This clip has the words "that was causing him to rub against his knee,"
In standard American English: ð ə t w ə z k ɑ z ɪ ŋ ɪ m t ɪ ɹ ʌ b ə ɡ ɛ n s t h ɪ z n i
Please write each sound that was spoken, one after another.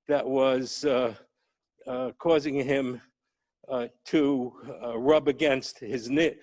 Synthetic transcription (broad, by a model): ð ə t w ə z k ɑ z ɪ ŋ ɪ m t ɪ ɹ ʌ b ə ɡ ɛ n s t h ɪ z n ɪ